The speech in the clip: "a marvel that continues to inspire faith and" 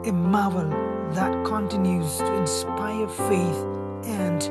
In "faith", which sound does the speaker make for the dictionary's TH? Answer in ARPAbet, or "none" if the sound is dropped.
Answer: TH